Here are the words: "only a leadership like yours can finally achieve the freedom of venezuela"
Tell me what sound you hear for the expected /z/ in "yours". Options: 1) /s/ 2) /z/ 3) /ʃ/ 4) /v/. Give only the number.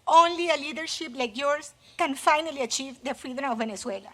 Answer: 1